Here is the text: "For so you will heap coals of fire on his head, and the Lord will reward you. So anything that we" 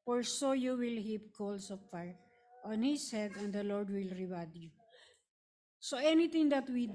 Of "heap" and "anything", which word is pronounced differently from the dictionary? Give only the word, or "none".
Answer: anything